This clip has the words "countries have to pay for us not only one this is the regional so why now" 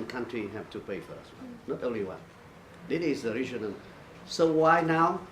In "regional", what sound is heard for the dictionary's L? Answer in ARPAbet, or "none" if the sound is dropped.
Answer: N